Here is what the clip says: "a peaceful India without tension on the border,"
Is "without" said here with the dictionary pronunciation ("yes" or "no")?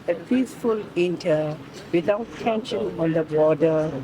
no